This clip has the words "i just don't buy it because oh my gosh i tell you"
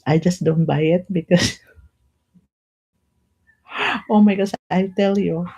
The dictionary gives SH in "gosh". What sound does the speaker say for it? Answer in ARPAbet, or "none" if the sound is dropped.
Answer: S